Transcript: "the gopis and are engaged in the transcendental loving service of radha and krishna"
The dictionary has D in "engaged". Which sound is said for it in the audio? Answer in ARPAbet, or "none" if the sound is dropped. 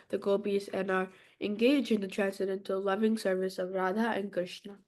none